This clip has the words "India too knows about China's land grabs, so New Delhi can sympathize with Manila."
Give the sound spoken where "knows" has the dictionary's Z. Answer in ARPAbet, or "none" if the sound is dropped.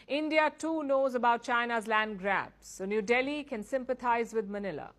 Z